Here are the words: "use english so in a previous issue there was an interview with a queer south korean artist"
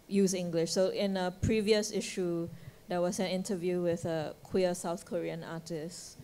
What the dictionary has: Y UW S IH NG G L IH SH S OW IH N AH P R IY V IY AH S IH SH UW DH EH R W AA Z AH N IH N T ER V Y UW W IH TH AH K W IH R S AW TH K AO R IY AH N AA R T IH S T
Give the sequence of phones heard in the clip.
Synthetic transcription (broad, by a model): Y UW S IH NG G L IH SH S OW IH N AH P R IY V IY AH S IH SH UW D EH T W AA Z AH N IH N T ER V Y UW W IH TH AH K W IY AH S AW TH K AO R IY AH N AA T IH S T